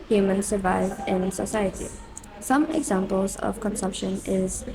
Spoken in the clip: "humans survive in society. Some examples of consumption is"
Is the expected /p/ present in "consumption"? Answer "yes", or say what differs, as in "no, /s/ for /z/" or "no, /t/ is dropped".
yes